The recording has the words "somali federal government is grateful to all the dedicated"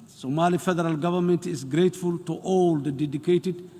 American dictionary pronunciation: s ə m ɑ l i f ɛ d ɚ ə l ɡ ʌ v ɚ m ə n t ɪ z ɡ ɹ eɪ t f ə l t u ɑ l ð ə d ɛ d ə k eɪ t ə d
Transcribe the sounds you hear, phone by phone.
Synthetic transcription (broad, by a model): s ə m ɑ l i f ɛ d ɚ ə l ɡ ʌ v ɚ m ə n t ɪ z ɡ ɹ eɪ t f ə l t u ɑ l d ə d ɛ d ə k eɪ t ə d